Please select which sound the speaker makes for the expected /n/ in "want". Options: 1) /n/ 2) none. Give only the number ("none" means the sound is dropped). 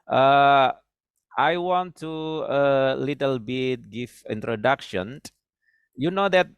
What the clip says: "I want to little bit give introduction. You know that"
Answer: 1